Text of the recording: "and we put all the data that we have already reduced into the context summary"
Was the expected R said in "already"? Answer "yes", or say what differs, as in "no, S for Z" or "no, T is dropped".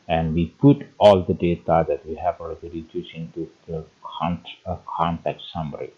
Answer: no, L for R